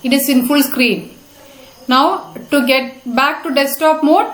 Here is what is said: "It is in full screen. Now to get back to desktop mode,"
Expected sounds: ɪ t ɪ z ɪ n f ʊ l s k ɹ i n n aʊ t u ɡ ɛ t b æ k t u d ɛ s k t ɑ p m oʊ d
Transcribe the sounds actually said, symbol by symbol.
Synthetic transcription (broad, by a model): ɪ t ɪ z ɪ n f ʊ l s k ɹ i n n aʊ t u ɡ ɛ t b æ k t u d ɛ s t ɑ p m oʊ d